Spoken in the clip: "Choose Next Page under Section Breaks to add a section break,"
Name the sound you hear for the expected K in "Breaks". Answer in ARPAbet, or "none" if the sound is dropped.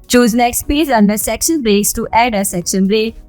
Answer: K